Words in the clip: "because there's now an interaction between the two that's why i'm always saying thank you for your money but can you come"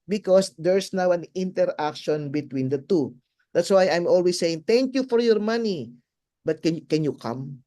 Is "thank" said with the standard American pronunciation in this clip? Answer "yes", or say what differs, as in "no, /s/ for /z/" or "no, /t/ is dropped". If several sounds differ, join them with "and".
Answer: no, /t/ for /θ/